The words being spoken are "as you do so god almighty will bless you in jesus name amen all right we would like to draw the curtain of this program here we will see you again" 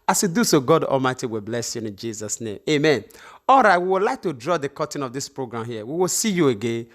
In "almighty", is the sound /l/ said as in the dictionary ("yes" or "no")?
yes